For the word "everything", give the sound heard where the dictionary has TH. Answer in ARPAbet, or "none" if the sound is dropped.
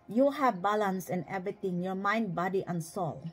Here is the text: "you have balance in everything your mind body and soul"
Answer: T